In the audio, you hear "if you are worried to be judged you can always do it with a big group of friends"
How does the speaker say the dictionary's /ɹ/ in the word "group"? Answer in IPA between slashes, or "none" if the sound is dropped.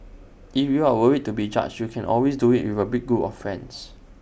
none